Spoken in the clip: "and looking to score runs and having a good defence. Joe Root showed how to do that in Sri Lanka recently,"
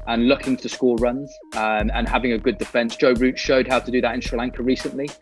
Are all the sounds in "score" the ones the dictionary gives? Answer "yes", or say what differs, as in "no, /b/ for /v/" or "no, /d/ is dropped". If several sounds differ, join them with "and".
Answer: no, /l/ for /ɹ/